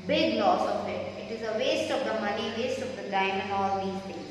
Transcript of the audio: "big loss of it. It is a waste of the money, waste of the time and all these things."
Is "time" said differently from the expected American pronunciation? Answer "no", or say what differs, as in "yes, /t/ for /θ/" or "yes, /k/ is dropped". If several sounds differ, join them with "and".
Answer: yes, /m/ is dropped